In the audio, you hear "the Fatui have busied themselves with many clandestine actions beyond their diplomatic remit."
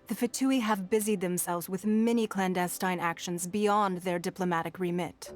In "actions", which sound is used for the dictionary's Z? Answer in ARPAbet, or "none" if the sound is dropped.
Z